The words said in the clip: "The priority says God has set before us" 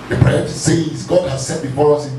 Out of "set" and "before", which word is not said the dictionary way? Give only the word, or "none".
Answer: none